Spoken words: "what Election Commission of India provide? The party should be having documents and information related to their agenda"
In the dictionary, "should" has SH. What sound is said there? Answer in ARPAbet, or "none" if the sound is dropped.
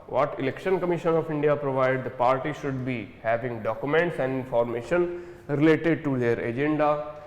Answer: SH